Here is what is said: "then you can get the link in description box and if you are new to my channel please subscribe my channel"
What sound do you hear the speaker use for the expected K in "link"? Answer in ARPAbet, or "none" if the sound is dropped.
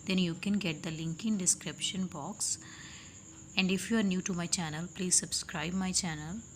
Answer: K